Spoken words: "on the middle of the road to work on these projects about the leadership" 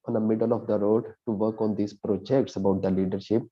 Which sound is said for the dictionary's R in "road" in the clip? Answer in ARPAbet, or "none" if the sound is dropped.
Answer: R